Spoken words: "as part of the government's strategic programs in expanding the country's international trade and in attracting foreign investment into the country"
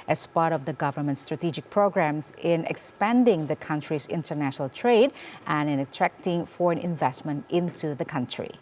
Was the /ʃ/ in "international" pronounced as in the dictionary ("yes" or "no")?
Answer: yes